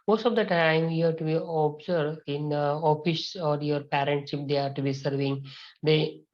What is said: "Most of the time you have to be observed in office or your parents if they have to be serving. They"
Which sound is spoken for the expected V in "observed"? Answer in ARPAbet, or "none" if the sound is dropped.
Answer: none